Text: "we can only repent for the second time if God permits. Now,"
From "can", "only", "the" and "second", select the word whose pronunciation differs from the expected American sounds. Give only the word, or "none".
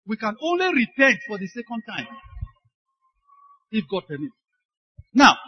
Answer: none